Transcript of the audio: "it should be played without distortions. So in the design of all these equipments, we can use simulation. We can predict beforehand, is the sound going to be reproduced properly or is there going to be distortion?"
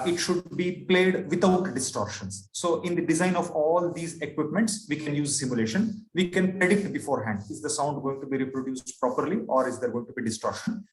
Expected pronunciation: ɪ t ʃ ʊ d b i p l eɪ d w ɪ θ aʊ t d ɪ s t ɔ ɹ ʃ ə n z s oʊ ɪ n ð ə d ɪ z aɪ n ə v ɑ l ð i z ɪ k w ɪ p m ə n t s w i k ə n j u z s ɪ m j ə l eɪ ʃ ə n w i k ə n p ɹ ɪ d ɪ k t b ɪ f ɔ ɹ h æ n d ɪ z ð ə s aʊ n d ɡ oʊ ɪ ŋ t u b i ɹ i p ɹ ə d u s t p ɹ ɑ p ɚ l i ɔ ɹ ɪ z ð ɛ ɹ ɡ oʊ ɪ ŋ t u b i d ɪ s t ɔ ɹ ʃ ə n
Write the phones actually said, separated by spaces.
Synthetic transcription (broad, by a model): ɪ t ʃ ʊ d b i p l eɪ d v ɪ t aʊ t d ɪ s t ɔ ɹ ʃ ə n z s oʊ ɪ n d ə d ɪ z aɪ n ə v ɑ l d i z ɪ k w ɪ p m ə n t s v i k ə n j u z s ɪ m j ə l eɪ ʃ ə n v i k ə n p ɹ ɪ d ɪ k t b ɪ f ɔ ɹ h æ n d ɪ z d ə s aʊ n d ɡ oʊ ɪ ŋ t u b i ɹ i p ɹ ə d u s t p ɹ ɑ p ɚ l i ɔ ɹ ɪ z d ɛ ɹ ɡ oʊ ɪ ŋ t u b i d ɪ s t ɔ ɹ ʃ ə n